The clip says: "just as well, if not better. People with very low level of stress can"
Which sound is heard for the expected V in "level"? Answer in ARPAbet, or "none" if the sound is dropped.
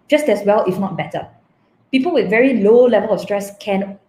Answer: V